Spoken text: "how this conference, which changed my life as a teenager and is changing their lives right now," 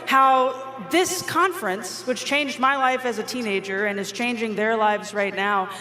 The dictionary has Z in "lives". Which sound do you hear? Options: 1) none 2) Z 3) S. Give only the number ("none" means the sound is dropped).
2